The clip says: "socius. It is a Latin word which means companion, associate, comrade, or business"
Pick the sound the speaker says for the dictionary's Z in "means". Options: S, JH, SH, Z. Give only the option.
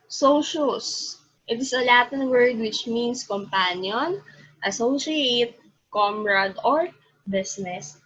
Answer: S